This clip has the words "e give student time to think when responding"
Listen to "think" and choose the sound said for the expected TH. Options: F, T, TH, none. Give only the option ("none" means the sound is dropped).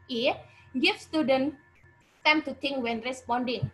T